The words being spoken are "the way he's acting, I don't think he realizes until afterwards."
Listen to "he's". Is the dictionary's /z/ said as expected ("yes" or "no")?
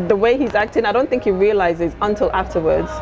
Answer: yes